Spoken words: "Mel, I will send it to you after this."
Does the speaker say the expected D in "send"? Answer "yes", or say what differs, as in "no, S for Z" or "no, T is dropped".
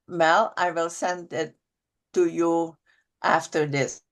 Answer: yes